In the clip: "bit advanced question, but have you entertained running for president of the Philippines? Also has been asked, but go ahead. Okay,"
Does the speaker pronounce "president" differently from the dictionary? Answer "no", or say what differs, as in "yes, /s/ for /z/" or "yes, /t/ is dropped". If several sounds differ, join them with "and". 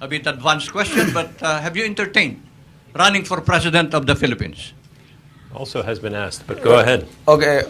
yes, /s/ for /z/